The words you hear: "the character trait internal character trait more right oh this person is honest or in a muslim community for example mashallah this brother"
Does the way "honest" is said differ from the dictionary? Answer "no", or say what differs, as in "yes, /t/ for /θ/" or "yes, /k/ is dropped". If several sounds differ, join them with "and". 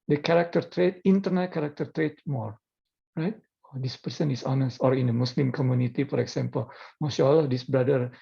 no